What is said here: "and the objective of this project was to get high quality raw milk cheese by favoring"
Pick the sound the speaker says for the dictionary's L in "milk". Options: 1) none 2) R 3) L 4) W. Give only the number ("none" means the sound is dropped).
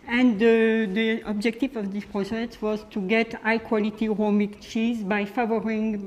1